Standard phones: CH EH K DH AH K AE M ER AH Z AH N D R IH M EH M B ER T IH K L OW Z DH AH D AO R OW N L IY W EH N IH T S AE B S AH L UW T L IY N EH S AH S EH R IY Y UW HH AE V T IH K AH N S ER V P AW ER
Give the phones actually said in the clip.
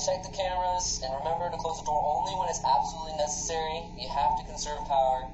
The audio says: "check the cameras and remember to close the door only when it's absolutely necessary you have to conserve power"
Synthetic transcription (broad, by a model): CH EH K DH AH K AE M ER AH Z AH N R IH M EH M B ER T IH K L OW Z DH AH D AO R OW N L IY W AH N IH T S AE B S AH L UW T L IY N EH S AH S EH R IY Y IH HH AE F T IH K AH N S ER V P AW ER